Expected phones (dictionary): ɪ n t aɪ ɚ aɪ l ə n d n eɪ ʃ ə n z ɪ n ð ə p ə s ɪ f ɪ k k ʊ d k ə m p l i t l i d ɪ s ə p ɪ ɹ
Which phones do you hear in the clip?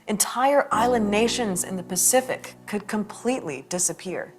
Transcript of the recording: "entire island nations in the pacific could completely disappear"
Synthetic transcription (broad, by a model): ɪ n t aɪ ɚ aɪ l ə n n eɪ ʃ ə n z ɪ n ð ə p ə s ɪ f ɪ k k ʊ d k ə m p l i t l i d ɪ s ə p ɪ ɹ